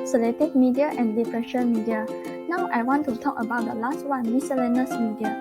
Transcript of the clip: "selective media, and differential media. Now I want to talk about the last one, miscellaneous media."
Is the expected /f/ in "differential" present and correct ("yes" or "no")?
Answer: no